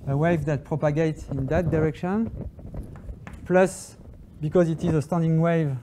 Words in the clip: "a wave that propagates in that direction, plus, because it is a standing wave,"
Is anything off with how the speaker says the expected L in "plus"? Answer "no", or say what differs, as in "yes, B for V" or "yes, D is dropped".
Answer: no